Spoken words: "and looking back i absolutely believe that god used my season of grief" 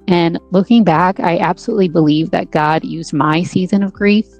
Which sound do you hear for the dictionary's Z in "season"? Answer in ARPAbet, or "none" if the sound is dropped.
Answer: Z